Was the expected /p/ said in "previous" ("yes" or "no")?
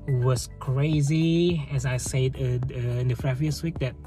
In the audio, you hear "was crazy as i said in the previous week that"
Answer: no